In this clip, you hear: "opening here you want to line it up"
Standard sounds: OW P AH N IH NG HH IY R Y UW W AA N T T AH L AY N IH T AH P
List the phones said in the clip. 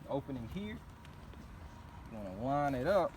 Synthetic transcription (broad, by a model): OW P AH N IH NG HH IY R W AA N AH W AY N IH T AH P